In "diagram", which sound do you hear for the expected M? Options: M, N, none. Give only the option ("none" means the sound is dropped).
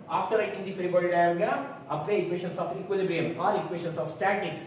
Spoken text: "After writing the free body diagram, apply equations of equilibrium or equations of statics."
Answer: none